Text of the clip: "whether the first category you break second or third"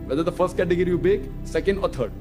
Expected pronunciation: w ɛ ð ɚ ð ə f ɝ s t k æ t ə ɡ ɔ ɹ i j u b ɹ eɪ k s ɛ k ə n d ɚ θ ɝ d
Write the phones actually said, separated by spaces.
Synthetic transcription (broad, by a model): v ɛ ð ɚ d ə f ɝ s t k æ t ə ɡ ɔ ɹ i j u b eɪ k s ɛ k ə n d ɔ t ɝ d